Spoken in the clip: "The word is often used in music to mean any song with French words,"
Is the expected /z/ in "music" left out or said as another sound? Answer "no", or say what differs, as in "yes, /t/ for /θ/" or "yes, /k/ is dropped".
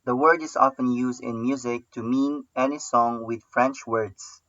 no